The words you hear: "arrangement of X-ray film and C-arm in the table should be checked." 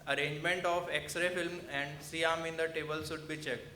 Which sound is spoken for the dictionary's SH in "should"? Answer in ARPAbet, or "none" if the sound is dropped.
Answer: S